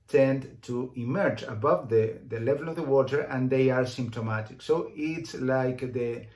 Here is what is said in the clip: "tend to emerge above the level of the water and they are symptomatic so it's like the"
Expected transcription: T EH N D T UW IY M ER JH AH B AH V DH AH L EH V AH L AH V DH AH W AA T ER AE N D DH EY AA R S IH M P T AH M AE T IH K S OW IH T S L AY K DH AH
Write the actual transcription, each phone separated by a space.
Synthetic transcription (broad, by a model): T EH N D T UW IY M ER JH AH B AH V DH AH L EH V AH L AH V DH AH W AA T ER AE N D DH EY AA R S IH M P T AH M AE T IH K S OW IH T S L AY K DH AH